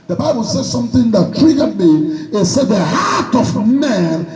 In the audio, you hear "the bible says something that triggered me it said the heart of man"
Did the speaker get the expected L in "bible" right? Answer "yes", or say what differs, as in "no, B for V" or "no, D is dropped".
yes